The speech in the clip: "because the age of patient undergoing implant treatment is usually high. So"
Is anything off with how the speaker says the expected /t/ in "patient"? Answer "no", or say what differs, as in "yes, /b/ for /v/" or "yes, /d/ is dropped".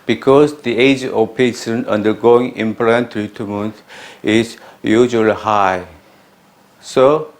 yes, /t/ is dropped